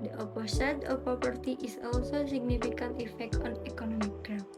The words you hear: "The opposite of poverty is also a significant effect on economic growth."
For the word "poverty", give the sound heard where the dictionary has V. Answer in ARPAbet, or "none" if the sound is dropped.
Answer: P